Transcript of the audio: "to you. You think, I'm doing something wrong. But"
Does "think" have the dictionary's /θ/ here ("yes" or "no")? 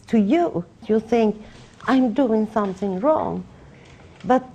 yes